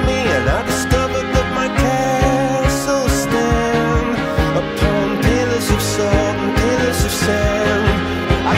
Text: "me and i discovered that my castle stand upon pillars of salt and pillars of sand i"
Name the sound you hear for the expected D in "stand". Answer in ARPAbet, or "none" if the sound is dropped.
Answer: none